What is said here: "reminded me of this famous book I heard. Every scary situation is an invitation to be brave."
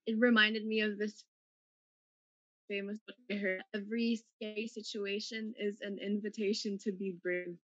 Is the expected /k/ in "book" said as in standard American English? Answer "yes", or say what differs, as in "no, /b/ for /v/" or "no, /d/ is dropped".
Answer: no, /k/ is dropped